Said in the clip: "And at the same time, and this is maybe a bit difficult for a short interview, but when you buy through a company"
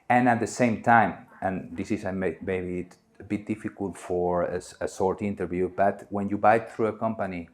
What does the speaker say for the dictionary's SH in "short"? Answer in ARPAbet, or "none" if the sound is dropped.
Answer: S